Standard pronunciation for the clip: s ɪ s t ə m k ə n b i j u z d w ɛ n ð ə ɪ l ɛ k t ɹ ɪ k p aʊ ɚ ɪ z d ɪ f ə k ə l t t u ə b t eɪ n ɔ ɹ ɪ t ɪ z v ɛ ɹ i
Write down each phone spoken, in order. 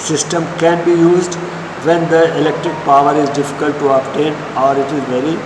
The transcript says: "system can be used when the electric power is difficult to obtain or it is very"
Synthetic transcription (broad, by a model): s ɪ s t ə m k ə n b i j u z d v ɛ n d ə ɪ l ɛ k t ɹ ɪ k p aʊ ɚ ɪ z d ɪ f ə k ə l t t u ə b t eɪ n ɔ ɹ ɪ t ɪ z v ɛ ɹ i